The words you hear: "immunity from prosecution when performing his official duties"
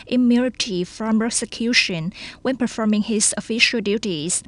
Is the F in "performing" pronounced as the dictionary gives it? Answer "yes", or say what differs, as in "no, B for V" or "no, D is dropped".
yes